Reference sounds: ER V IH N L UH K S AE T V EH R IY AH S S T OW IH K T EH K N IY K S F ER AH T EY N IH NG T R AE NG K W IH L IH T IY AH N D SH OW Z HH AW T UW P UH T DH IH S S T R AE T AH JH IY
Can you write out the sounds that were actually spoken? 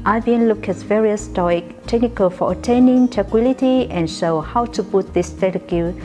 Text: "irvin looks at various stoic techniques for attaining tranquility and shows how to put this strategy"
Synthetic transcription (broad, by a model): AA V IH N L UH K EH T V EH R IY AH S S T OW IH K T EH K N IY K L F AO AH T EY N IH NG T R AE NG K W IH L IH T IY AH N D SH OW HH AW T UW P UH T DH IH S S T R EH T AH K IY